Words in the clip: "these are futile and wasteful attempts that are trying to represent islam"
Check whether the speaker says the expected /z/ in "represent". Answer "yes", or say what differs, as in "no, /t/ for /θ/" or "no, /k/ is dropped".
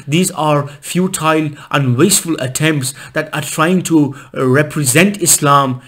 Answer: yes